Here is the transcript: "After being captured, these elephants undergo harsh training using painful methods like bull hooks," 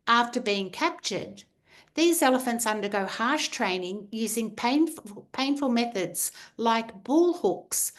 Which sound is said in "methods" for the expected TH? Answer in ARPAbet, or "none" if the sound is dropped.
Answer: TH